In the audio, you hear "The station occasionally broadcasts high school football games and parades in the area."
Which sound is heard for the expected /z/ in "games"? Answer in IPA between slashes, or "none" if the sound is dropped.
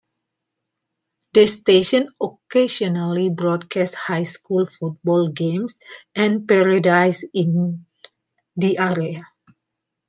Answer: /s/